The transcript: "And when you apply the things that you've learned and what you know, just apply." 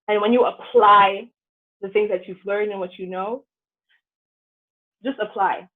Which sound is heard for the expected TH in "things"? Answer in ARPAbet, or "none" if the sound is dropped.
TH